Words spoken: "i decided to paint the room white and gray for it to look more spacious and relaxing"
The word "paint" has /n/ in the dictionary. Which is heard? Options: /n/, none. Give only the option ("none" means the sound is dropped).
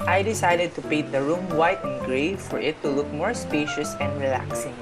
none